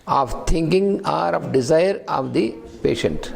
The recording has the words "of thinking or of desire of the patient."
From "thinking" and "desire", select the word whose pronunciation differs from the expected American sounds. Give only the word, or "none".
thinking